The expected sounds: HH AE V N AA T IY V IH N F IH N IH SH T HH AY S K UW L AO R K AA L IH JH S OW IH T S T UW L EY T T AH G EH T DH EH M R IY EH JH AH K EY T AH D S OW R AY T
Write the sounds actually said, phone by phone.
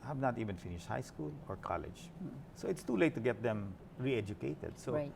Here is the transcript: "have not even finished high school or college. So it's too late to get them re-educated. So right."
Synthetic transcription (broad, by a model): HH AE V N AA T IY V IH N F IH N IH SH T HH AY S K UW L AO R K AA L IH JH S OW IH T S T UW L EY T T AH G EH T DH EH M R IY EH JH AH K EY T AH D S OW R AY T